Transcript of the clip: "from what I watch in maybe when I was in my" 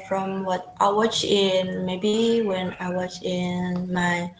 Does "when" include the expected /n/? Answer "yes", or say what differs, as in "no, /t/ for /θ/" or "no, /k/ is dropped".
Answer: yes